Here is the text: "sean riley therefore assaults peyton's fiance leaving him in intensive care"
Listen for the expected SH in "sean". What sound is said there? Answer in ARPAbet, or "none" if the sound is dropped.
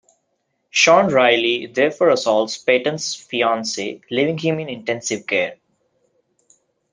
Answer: SH